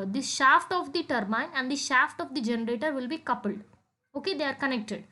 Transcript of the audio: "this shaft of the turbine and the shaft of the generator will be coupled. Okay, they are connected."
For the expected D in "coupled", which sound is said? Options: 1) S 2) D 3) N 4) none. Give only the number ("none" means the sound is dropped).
2